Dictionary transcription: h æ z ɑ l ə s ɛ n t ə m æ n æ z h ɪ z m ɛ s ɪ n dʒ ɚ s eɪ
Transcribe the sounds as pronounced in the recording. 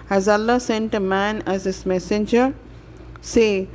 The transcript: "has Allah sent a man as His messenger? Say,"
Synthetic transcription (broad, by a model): h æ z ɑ l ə s ɛ n t ə m æ n æ z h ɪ s m ɛ s ɪ n dʒ ɚ s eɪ